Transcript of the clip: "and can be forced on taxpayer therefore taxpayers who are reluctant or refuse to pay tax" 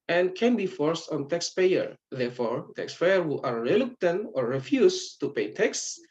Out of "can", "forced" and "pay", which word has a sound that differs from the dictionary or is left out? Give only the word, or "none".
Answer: none